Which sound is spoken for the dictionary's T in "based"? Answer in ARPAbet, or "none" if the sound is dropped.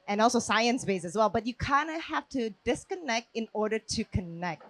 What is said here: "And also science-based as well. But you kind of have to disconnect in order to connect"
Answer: none